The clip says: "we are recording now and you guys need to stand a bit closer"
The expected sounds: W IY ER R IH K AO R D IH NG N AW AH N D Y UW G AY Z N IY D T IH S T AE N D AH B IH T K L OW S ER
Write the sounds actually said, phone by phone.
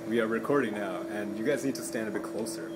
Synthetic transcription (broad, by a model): W IY ER R IH K AO R D IH NG N AW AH N Y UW G AY Z N IY D T IH S T AE N D AH B IH T K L OW S ER